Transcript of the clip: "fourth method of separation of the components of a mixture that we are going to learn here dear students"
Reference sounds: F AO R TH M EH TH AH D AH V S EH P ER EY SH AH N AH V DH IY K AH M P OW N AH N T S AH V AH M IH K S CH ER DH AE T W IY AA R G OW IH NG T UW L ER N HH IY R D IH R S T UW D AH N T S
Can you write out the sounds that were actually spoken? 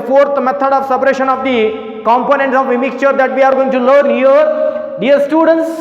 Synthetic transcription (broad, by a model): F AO R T M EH T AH D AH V S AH P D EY SH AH N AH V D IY K AH M P OW N AH N T S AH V AH M IH K S CH ER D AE T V IY AA R G OW IH NG T UW L ER N HH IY R D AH R S T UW D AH N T S